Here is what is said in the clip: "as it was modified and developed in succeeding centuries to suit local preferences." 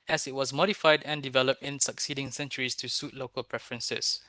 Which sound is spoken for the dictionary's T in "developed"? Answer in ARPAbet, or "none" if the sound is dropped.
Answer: T